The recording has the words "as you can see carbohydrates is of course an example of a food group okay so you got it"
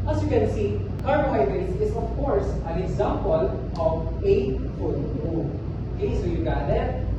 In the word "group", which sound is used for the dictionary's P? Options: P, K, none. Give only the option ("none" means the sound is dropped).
none